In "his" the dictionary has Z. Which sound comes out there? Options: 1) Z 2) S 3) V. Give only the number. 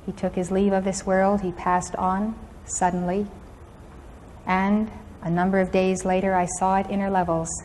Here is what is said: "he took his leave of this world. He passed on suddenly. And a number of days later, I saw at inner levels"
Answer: 1